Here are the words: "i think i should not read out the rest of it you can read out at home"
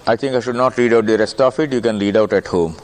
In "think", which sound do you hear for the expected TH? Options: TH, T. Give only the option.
T